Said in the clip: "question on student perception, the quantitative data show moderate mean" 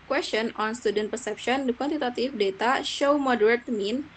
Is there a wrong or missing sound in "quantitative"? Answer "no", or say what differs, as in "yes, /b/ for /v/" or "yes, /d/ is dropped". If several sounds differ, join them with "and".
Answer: yes, /f/ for /v/